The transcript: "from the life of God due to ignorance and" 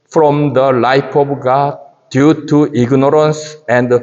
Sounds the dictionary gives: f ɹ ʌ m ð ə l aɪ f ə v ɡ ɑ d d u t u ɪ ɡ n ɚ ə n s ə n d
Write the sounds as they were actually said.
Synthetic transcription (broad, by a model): f ɹ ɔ m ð ə l aɪ p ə b ɡ ɑ d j u t u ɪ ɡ n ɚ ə n s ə n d